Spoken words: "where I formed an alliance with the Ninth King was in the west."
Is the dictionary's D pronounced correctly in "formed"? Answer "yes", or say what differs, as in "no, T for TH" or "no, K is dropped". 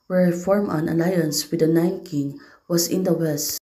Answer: no, D is dropped